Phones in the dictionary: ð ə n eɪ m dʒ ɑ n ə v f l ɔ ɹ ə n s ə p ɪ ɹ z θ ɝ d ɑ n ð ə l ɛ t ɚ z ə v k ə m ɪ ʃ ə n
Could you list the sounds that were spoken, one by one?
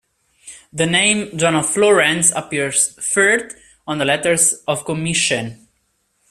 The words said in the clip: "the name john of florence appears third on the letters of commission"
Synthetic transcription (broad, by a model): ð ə n eɪ m dʒ ɑ n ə f l ɔ ɹ ə n s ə p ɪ ɹ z f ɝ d ɑ n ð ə l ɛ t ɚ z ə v k ə m ɪ ʃ ə n